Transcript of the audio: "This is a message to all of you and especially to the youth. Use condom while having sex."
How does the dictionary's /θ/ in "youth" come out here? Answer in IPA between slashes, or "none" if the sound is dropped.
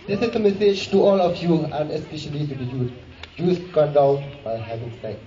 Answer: /s/